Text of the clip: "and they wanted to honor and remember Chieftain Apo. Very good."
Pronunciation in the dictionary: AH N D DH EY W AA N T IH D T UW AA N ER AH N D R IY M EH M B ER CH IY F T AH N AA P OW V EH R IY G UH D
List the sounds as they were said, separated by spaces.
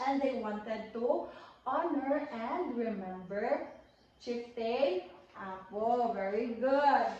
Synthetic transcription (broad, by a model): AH N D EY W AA N T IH D T UW AA N ER AH N D R IY M EH M B ER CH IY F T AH AA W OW V EH R IY G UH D